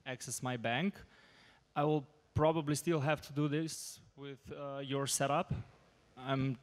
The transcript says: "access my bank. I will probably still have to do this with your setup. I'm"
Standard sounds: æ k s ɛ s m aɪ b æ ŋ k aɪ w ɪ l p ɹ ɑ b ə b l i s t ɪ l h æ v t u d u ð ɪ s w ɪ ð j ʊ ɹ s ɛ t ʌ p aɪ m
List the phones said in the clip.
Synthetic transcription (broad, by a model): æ k s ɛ s m aɪ b æ ŋ k aɪ w ɪ l p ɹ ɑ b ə b l i s t ɪ l h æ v t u d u ð ɪ s w ɪ ð j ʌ ɹ s ɛ t ʌ p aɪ m